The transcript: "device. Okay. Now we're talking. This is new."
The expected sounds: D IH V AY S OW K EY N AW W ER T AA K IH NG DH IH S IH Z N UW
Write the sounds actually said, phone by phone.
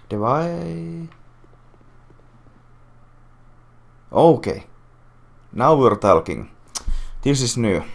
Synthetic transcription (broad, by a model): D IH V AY OW K EY N AW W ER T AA K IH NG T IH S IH S N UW